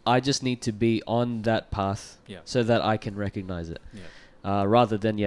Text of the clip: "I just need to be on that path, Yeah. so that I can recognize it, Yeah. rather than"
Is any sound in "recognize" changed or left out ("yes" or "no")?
no